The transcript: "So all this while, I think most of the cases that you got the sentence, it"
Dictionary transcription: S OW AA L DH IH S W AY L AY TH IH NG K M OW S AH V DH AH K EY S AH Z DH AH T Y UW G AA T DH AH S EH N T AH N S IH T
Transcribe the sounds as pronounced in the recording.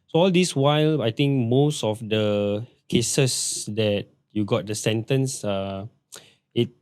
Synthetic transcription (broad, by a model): S OW AA L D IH S W AY L AY T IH NG K M OW S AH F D AH K EY S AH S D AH T Y UW G AA T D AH S EH N T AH N S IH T